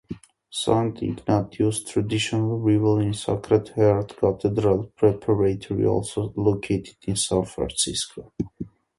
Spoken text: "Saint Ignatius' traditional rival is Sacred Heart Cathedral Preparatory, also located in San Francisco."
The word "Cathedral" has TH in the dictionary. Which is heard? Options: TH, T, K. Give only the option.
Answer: T